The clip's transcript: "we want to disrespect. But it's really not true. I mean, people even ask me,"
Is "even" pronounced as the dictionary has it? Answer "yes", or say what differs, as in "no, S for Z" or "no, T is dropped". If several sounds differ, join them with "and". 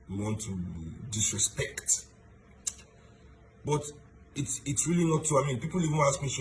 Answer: no, N is dropped